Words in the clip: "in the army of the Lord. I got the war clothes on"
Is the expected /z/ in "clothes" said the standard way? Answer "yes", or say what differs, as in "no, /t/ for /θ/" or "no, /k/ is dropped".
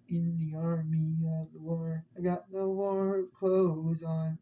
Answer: yes